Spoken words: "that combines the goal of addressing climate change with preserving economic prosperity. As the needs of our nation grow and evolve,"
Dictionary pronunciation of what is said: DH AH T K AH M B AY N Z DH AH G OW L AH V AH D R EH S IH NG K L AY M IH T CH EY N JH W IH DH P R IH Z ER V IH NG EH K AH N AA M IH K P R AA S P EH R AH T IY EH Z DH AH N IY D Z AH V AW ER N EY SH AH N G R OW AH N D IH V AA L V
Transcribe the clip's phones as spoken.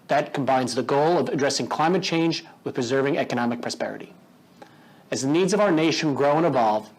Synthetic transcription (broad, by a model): DH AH T K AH M B AY N Z DH AH G OW L AH V AH D R EH S IH NG K L AY M IH T CH EY N JH W IH DH P R IH Z ER V IH NG EH K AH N AA M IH K P R AA S P EH R AH T IY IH Z DH AH N IY D Z AH V AW ER N EY SH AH N G R OW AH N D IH V AA L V